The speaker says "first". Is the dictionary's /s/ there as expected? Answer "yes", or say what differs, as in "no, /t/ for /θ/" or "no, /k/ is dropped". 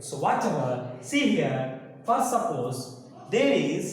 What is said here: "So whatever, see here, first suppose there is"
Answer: no, /s/ is dropped